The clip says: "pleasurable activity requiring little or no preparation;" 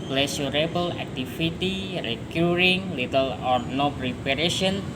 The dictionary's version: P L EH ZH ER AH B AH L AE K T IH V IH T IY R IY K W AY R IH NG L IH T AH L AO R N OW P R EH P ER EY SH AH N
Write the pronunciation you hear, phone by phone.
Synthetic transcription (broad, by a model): P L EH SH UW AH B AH L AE K T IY F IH T IY R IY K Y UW R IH NG L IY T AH L AO R N OW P R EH P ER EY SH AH N